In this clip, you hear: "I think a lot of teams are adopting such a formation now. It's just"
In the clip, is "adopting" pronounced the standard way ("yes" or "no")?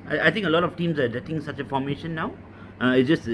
no